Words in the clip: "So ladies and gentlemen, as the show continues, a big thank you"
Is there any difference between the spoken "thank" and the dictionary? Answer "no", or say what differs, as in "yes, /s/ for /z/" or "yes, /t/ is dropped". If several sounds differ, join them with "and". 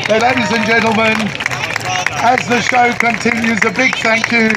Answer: no